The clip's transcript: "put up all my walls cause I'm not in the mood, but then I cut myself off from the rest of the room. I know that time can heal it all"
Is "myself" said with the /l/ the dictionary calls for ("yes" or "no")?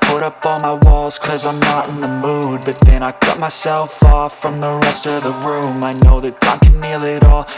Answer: yes